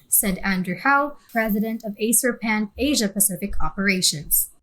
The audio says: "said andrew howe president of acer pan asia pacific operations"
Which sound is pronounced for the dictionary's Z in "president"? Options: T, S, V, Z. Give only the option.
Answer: Z